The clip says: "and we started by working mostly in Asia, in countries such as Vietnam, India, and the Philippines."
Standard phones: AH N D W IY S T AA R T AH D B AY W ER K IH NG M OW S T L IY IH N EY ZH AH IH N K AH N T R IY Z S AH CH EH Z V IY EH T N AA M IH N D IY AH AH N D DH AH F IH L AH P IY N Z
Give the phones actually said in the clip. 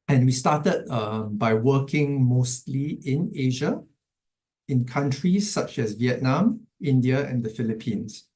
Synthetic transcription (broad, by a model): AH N W IY S T AA T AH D B AY W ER K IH NG M OW S T L IY IH N EY ZH AH IH N K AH N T R IY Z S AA CH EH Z V IY EH T N AA M IH N D IY AH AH N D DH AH F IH L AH P IY N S